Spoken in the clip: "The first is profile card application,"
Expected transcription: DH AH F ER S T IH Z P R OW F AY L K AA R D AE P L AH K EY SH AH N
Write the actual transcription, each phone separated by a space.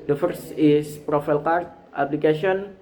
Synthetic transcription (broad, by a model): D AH F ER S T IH S P R OW F AY L K AA R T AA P L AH K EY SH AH N